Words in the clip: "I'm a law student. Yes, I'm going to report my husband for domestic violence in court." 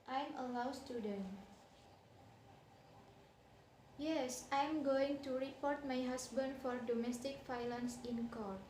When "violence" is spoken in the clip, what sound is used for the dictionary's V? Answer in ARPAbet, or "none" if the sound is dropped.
F